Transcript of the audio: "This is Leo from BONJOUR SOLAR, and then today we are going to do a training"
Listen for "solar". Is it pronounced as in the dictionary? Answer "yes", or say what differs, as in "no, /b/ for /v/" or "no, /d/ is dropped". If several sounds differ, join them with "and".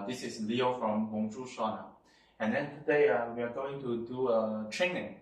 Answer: no, /n/ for /l/